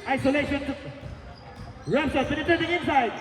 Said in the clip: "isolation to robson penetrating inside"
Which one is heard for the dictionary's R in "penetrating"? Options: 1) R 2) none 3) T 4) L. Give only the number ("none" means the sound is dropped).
2